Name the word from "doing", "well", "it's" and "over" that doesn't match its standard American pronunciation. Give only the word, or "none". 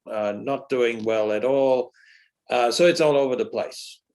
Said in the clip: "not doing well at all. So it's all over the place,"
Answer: none